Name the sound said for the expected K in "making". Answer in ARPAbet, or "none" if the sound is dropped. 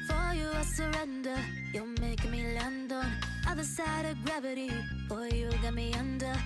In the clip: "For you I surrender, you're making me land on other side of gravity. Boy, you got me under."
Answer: none